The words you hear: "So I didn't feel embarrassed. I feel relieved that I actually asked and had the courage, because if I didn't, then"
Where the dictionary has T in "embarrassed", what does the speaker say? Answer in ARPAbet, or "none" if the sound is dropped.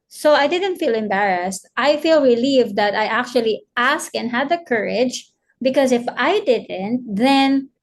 T